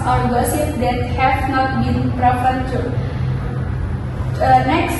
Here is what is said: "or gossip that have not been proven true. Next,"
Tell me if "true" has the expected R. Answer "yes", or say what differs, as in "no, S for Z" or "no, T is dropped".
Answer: no, R is dropped